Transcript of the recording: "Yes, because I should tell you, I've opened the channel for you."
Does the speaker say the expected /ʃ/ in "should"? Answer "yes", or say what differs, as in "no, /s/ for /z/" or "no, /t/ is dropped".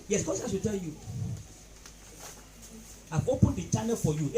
no, /s/ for /ʃ/